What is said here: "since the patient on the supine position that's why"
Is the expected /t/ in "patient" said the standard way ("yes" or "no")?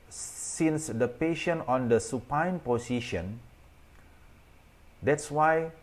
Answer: no